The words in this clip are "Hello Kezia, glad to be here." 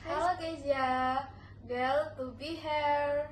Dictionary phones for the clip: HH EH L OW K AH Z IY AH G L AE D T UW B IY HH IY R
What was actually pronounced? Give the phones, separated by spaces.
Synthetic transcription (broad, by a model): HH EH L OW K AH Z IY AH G EH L T UW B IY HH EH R